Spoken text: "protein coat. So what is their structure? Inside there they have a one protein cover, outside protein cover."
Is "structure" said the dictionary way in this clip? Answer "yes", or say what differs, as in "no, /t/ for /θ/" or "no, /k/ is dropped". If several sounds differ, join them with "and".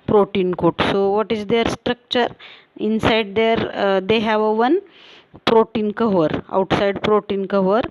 yes